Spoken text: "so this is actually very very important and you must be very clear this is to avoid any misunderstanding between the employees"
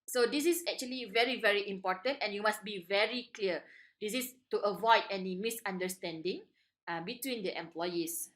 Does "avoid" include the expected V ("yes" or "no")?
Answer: yes